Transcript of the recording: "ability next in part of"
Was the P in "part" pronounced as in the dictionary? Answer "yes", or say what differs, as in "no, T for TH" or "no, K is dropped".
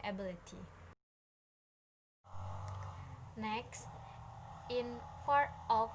no, F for P